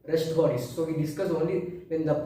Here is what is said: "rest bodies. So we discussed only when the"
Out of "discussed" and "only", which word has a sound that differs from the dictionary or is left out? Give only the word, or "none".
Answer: discussed